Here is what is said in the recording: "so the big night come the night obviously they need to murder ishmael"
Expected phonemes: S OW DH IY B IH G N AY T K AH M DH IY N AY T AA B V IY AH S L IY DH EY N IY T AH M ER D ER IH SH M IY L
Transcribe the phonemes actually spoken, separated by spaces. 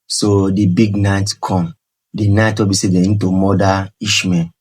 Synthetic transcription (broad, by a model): S OW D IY B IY G N AY T K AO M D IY N AY T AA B IY S IY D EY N T AH M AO D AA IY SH M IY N